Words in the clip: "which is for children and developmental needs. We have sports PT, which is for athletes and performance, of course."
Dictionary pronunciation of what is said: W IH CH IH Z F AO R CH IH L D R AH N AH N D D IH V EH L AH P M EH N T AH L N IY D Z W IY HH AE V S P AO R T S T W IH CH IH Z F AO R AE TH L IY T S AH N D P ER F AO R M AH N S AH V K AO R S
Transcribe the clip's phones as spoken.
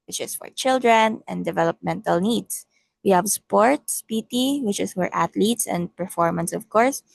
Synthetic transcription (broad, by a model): W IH CH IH S F AO R CH IH L D R AH N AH N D D IH V EH L AH P M EH N T AH L N IY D S W IY HH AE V S P AO R T S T W IH CH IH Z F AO R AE T L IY T S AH N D P ER F AO R M AH N S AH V K AO R S